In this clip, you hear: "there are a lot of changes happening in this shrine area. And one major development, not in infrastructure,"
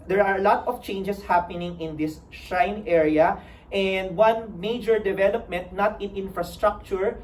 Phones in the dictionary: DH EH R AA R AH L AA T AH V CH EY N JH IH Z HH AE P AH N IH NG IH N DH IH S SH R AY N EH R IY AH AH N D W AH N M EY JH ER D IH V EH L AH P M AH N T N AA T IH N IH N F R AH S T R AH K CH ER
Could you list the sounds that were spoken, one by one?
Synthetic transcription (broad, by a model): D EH R AA R AH L AA T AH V CH EY N JH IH S HH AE P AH N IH NG IH N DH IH S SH AY N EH R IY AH AH N D W AH N M EY JH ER D IH V EH L AH P M AH N T N AA T IH N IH N F R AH S T R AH K CH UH